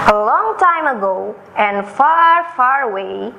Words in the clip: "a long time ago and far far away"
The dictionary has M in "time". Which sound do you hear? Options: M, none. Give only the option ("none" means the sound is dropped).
M